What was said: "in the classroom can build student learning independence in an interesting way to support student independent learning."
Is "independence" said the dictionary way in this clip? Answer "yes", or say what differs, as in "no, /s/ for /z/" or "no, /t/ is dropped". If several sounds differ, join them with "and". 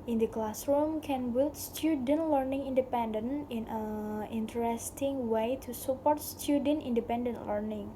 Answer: no, /s/ is dropped